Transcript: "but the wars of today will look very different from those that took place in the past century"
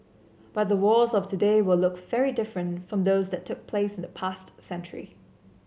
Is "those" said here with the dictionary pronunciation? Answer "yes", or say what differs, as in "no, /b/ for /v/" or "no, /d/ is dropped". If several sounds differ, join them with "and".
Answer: yes